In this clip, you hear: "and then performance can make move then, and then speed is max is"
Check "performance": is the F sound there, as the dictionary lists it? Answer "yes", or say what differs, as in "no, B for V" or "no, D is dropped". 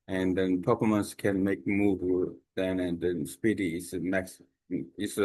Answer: no, P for F